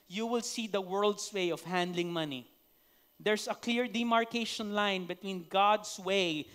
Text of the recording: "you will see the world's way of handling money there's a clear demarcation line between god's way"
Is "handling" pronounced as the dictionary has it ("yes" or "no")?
yes